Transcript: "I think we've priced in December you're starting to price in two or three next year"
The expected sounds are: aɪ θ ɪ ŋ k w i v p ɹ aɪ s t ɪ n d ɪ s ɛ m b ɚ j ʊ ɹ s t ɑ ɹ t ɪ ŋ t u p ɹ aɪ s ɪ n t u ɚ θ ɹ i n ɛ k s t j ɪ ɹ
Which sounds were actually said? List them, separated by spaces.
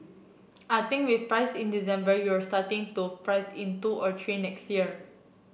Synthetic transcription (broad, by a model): aɪ t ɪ ŋ k w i f p ɹ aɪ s ɪ n d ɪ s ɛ m b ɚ j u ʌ s t ɑ t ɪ ŋ t u p ɹ aɪ s ɪ n t u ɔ t ɹ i n ɛ k s t j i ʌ